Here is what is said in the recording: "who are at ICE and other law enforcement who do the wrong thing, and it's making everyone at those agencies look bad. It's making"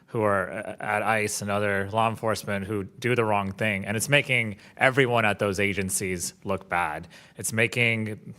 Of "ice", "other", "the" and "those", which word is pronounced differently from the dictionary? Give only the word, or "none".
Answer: none